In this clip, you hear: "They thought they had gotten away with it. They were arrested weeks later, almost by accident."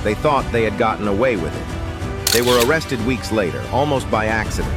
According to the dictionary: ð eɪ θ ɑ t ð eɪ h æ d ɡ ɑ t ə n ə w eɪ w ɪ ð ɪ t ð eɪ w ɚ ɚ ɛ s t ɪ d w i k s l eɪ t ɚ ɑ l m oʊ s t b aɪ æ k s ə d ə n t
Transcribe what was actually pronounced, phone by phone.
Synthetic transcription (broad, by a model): ð eɪ θ ɑ t ð eɪ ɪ d ɡ ɑ t n ə w eɪ w ɪ ð ɪ t ð eɪ w ɚ ɚ ɛ s t ɪ d w i k s l eɪ t ɚ ɑ l m oʊ s t b aɪ æ k s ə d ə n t